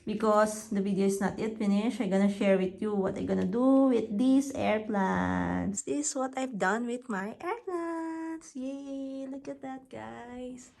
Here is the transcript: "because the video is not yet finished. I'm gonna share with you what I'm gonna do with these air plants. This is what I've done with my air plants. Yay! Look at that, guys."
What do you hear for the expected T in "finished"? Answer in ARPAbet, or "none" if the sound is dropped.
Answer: none